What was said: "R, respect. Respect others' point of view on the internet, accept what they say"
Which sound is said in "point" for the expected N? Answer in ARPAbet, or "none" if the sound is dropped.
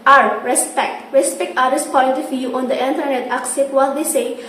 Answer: L